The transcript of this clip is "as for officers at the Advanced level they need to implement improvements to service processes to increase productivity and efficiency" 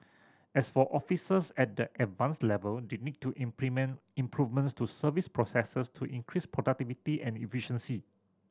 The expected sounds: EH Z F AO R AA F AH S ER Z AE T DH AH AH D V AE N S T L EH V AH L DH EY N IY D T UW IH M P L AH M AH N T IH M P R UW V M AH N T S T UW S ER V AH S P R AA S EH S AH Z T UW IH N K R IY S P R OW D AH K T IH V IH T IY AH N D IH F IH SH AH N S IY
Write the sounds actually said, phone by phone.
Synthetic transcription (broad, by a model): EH S F AO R AA F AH S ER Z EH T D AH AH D V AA N S L EH V AH L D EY N IY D T UW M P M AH N IH M P R UW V M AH N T S T UW S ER V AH S P R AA S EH S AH S T UW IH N K R IY S P R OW D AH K T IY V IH T IY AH N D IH F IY SH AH N S IY